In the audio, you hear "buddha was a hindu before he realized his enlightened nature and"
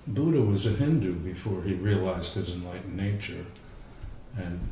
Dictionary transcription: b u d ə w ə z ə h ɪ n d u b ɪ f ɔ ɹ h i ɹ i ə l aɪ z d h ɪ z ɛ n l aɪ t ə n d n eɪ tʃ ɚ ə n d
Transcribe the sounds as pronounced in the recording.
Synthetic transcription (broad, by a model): b u d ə w ə z ə h ɪ n d u b ɪ f ɔ ɹ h i ɹ i ə l aɪ z d h ɪ z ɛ n l aɪ t n n eɪ tʃ ɚ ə n